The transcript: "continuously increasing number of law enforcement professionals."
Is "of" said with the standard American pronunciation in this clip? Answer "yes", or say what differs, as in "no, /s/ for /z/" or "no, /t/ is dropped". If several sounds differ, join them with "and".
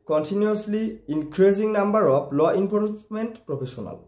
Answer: no, /p/ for /v/